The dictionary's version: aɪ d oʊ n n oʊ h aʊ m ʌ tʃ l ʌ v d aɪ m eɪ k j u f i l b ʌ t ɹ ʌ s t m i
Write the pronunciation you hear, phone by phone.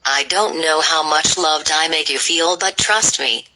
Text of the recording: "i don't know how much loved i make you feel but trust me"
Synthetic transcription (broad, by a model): aɪ d oʊ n n oʊ h aʊ m ʌ tʃ l ʌ v d aɪ m eɪ k j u f i l b ʌ t ɹ ʌ s t m i